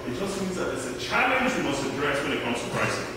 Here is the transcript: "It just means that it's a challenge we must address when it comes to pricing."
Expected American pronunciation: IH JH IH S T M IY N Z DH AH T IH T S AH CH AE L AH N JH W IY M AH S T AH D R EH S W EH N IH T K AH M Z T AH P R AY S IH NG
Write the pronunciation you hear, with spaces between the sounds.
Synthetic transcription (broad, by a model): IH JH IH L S M IY N Z DH AH T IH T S AH CH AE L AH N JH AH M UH S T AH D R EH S W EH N IH T K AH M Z T AH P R AY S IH